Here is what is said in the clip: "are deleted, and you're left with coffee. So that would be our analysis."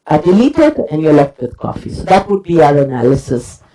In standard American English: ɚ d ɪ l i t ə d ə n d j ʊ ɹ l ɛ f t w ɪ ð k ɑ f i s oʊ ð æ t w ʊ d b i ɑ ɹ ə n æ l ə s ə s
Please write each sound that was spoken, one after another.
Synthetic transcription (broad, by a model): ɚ d ɪ l i t ə d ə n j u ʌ l ɛ f t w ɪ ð k ɑ f i s oʊ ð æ t w ʊ d b i ɑ ɹ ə n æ l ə s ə s